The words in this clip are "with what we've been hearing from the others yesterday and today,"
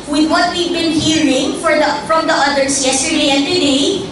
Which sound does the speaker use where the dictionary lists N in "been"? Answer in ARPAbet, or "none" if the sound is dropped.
N